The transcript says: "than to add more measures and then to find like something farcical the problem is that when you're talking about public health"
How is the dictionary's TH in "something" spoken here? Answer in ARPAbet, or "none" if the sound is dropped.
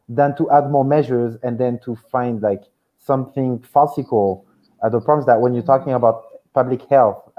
TH